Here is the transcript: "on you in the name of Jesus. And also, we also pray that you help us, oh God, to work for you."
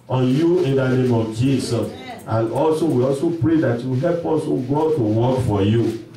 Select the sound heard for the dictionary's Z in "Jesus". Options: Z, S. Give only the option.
S